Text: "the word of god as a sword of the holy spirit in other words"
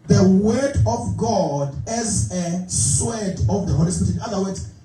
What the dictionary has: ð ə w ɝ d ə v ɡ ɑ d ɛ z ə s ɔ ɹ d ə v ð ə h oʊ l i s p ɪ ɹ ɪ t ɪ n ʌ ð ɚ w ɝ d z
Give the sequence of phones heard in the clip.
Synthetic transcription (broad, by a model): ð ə w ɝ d ə v ɡ ɑ d ɛ z ə s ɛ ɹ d ə v ð ə h oʊ l i s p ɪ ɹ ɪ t ɪ n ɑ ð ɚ w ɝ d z